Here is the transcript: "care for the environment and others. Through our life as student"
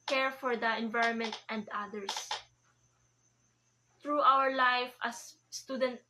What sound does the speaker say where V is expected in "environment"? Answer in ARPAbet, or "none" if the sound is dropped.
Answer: V